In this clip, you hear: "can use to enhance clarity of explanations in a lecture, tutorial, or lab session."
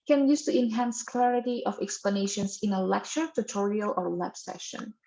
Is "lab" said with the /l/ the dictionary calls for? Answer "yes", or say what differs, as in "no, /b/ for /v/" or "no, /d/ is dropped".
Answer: no, /w/ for /l/